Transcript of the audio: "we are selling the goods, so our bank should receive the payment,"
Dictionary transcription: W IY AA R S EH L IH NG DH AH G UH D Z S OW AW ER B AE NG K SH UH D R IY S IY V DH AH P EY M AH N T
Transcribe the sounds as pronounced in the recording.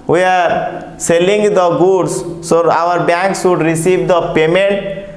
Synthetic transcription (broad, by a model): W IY AA R S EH L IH NG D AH G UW D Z S OW AW ER B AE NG K S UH D R IY S IY V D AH P EY M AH N T